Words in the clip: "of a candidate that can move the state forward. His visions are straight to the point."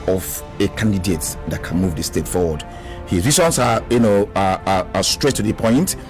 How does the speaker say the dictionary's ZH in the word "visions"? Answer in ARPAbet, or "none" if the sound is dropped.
S